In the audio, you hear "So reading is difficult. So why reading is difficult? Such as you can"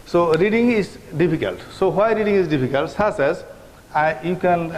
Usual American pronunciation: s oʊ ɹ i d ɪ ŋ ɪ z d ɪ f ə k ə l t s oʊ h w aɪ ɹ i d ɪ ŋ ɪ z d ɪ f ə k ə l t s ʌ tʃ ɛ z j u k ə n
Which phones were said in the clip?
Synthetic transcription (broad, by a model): s oʊ ɹ i d ɪ ŋ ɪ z d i p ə k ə l t s oʊ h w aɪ ɹ i d ɪ ŋ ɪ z d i p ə k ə l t s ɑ s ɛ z j u k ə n